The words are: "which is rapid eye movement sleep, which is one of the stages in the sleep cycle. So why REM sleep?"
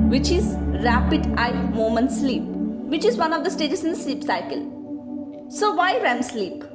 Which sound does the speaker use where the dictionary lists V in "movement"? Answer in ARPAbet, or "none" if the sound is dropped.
none